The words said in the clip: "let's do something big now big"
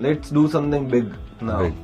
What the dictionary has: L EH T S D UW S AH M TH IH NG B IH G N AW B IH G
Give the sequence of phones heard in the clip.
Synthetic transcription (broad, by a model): L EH T S D UW S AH M T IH NG B IH G N AW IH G